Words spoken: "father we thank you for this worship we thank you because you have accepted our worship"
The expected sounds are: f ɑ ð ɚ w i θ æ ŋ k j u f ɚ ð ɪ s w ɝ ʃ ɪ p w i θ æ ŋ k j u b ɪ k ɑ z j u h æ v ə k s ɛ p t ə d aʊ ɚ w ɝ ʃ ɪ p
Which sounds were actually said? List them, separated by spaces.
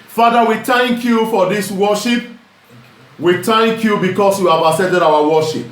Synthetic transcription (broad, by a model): f ɑ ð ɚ w i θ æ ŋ k j u f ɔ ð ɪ s w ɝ ʃ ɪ p w i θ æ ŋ k j u b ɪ k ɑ s j u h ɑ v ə s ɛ t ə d aʊ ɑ w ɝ ʃ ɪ p